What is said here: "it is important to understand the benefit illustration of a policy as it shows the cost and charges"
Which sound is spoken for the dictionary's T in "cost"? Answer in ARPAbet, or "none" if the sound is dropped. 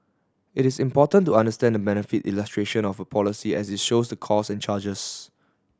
none